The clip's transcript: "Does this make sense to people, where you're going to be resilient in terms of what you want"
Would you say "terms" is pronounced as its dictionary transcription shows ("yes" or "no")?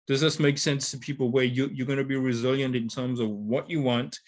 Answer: yes